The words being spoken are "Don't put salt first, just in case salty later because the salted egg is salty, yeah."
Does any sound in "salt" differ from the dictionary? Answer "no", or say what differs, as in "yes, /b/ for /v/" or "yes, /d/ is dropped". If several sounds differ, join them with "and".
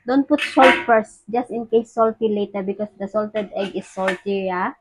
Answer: no